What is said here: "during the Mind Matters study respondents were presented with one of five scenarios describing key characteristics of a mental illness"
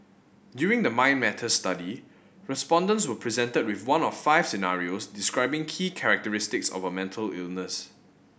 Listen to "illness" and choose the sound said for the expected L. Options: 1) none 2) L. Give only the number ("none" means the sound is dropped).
2